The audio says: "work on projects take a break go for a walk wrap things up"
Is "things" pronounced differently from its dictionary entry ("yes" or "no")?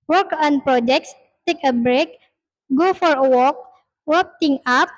yes